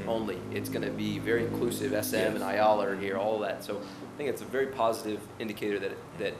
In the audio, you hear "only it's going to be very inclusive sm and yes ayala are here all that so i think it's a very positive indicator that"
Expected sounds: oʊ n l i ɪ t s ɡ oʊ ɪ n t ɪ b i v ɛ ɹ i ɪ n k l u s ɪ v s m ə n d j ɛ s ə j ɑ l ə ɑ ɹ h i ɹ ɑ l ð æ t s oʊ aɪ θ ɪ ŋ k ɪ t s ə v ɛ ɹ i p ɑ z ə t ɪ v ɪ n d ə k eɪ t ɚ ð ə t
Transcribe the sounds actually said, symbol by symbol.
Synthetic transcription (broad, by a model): oʊ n l i ɪ t s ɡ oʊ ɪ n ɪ b i v ɛ ɹ i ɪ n k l u s ɪ v s m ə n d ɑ ə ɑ l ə ɹ h i ɹ ɑ l ð æ t s oʊ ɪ θ ɪ ŋ k ɪ t s ə v ɛ ɹ i p ɑ z ə t ɪ v ɪ n d ə k eɪ t ɚ ð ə t